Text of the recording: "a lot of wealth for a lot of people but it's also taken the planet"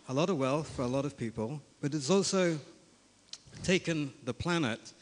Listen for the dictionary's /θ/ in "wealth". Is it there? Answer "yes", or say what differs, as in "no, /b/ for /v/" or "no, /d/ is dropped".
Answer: yes